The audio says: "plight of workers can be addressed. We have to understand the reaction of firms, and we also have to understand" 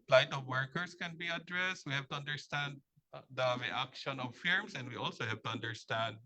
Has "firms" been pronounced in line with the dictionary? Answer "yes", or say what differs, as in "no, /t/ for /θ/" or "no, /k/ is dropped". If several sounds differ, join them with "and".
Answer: no, /s/ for /z/